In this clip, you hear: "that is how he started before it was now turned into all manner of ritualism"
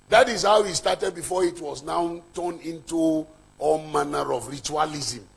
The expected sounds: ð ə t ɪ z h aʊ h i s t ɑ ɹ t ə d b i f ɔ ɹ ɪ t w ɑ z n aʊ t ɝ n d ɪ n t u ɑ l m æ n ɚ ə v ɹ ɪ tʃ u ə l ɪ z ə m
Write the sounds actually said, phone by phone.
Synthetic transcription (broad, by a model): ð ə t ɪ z h aʊ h i s t ɑ t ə d b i f ɔ ɪ t w ɑ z n aʊ t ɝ n ɪ n t u ɑ l m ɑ n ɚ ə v ɹ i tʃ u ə l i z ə m